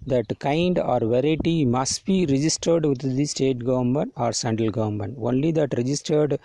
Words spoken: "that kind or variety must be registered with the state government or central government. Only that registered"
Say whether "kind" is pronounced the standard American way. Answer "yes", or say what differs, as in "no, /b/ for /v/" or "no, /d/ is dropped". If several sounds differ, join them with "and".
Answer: yes